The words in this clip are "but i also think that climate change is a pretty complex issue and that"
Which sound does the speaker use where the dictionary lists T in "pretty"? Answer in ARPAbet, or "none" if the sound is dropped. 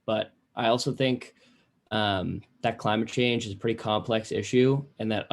T